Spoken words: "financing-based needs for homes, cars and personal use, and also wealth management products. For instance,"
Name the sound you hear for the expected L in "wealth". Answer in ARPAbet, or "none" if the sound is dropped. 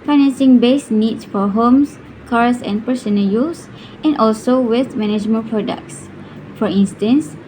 none